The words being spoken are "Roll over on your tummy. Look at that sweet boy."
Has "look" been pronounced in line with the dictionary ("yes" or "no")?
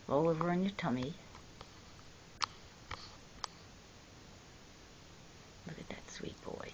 yes